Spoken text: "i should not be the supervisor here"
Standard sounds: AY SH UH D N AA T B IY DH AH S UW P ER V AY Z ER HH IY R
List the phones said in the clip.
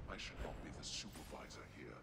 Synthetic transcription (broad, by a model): AY SH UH D N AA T B IY DH AH S UW P ER V AY Z ER HH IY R